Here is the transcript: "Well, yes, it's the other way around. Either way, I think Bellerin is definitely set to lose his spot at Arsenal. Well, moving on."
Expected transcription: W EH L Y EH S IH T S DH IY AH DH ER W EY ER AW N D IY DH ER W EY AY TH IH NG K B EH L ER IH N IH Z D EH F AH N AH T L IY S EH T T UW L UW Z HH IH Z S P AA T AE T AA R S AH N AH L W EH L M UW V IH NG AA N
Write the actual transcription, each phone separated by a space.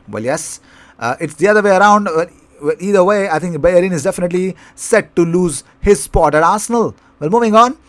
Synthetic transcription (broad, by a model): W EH L Y EH S IH T S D IY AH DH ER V EY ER AW N D IY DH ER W EY AY T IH NG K B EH ER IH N IH Z D EH F AH N AH T L IY S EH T T UW L UW Z HH IH Z S P AA T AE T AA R S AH N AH L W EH L M UW V IH NG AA N